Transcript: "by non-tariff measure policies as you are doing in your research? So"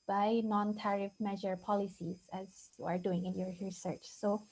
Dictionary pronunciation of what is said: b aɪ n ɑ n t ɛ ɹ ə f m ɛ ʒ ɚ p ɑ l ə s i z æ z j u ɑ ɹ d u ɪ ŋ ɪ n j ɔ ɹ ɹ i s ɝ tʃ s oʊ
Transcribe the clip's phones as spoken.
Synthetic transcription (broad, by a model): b aɪ n ɑ n t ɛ ɹ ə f m ɛ ʒ ɚ p ɑ l ə s i z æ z j u ɑ ɹ d u ɪ ŋ ɪ n j ɔ ɹ ɹ i s ɝ tʃ s oʊ